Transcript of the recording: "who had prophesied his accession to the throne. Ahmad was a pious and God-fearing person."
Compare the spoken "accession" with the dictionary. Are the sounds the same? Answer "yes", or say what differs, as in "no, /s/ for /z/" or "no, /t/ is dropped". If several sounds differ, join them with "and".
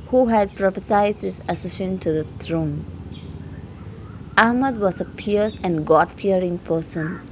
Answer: no, /k/ is dropped